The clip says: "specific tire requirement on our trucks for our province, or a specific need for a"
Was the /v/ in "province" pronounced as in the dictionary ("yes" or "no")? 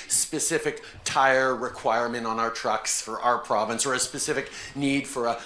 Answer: yes